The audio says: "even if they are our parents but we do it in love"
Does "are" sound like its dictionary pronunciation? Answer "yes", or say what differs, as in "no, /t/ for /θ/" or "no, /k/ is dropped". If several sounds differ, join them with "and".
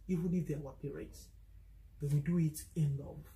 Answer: no, /w/ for /ɹ/